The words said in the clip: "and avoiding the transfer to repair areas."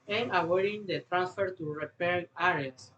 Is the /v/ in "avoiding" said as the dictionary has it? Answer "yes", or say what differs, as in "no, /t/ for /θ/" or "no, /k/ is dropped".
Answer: no, /w/ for /v/